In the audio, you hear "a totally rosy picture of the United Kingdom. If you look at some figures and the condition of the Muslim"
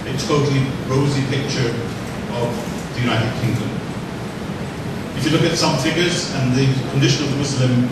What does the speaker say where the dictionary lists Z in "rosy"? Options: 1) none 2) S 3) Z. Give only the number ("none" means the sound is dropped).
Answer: 3